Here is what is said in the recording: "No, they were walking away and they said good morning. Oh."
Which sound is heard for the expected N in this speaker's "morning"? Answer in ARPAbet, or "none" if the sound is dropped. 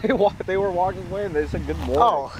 none